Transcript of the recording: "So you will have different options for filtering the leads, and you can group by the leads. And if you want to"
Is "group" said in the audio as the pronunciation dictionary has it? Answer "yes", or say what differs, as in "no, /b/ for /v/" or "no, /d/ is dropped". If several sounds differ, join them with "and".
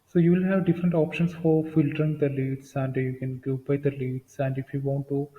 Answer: no, /ɹ/ is dropped